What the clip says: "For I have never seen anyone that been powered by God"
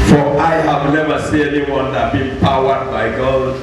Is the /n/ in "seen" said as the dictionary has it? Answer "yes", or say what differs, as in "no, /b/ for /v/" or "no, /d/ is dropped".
no, /n/ is dropped